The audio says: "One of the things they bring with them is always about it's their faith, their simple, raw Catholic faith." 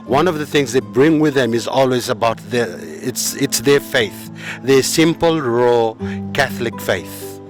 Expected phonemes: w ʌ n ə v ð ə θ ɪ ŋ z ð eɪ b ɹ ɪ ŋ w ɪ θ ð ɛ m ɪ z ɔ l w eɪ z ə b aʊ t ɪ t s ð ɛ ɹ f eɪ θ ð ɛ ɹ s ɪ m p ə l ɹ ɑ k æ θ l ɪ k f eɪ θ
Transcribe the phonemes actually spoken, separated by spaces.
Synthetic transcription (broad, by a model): w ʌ n ə v ð ə θ ɪ ŋ z ð eɪ b ɹ ɪ ŋ w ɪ ð ɛ m ɪ z ɔ l w eɪ z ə b aʊ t ɪ t s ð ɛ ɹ f eɪ θ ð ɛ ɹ s ɪ m p ə l ɹ ɑ k æ θ l ɪ k f eɪ θ